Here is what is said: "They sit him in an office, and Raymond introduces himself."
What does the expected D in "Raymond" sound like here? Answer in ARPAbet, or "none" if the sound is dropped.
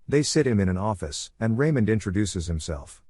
D